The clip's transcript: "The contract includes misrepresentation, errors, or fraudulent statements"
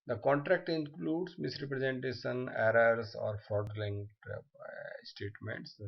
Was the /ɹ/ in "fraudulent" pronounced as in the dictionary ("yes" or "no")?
no